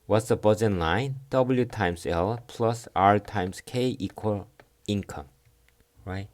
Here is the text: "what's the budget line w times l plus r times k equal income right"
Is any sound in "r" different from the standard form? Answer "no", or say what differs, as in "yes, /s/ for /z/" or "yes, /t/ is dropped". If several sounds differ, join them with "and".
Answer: no